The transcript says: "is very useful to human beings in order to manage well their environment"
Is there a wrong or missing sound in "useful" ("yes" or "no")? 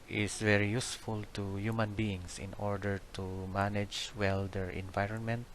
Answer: no